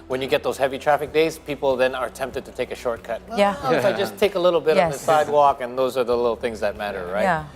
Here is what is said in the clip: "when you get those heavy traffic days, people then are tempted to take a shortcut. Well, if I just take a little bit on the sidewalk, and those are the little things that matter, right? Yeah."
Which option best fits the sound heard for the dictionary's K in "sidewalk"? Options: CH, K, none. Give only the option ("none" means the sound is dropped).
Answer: K